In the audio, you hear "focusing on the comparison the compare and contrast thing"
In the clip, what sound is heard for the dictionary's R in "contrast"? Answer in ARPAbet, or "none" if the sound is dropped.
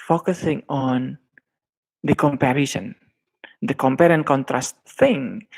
R